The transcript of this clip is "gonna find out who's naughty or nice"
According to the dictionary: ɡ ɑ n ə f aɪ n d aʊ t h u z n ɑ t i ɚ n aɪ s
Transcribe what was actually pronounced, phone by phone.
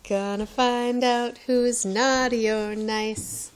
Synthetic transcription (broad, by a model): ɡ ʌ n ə f aɪ n d aʊ t h u z n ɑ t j ɚ n aɪ s